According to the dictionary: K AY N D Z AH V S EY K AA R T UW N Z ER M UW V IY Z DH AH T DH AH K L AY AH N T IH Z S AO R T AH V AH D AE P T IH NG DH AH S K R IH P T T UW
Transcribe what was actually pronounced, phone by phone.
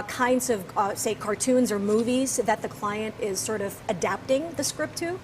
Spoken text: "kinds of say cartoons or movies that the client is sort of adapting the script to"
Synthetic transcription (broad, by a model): K AY N D Z AH V S EY K AA R T UW N Z ER M UW V IY Z DH AH T DH AH K L AY AH N T IH Z S AO R T AH V AH D AE P T IH NG DH AH S K R IH P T T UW